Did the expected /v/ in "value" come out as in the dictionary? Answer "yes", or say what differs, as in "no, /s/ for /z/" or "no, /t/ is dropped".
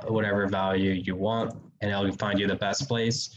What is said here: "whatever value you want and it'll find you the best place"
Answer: yes